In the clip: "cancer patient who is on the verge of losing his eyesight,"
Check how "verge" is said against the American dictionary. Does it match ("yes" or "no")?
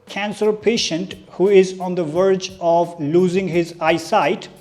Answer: yes